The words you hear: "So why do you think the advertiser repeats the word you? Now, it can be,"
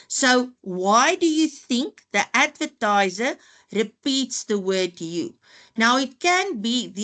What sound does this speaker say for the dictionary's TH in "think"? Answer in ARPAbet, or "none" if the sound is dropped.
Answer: TH